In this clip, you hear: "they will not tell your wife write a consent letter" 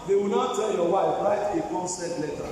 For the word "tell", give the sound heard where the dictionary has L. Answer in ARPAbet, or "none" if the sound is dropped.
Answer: N